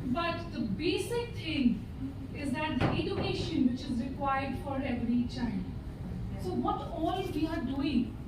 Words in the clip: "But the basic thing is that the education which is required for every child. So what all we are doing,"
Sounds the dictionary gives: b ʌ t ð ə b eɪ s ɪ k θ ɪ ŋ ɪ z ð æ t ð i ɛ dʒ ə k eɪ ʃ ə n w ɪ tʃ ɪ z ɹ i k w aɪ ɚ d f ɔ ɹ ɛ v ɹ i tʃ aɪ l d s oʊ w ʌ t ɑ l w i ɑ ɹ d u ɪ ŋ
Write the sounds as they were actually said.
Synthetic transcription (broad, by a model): b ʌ t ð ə b eɪ s ɪ k t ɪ ŋ ɪ z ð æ t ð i ɛ dʒ ə k eɪ ʃ ə n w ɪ tʃ ɪ z ɹ i k w aɪ ɚ d f ɔ ɹ ɛ v ɹ i tʃ aɪ n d s oʊ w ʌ t ɑ l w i ɑ ɹ d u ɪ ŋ